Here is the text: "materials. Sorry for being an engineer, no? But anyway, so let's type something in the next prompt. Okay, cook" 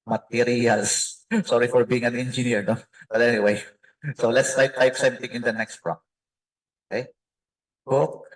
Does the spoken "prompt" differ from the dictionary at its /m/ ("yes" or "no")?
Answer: yes